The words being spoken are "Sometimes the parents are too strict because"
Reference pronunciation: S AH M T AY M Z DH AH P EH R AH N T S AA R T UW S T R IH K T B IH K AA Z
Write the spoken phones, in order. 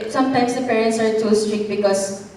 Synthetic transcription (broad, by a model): S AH M T AY M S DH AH P EH R AH N T S AA R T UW S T R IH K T B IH K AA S